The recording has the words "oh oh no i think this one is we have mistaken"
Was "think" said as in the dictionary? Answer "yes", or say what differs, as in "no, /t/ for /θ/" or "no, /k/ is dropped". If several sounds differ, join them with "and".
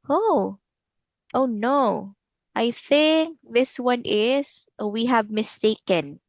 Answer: yes